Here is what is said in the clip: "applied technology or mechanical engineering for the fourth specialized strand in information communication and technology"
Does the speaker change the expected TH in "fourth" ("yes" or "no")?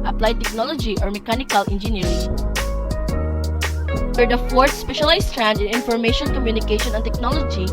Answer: yes